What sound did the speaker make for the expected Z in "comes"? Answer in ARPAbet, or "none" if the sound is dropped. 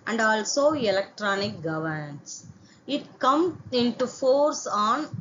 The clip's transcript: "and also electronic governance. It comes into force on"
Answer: none